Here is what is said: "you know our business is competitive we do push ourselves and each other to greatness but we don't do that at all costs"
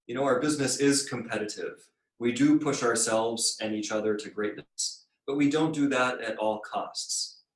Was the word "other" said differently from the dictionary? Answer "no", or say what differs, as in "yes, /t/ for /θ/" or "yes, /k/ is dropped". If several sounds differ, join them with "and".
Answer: no